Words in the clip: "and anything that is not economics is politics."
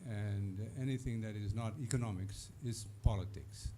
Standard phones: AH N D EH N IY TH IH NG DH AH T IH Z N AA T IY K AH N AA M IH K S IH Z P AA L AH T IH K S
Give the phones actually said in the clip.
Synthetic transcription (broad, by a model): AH N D EH N IY TH IH NG DH AH T IH Z N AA T IY K AH N AA M IH K S IH Z P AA L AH T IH K S